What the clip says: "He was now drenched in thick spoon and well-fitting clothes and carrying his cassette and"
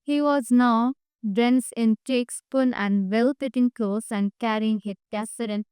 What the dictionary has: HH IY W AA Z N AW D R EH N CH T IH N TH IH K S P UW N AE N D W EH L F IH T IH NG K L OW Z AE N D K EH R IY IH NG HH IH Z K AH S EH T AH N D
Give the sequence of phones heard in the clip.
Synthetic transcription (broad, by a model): HH IY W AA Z N AW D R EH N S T IH N T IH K S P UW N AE N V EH L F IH T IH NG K OW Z AE N D K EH R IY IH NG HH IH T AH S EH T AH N